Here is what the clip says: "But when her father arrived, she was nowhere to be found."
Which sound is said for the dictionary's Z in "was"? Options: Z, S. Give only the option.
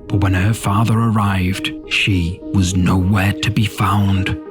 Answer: Z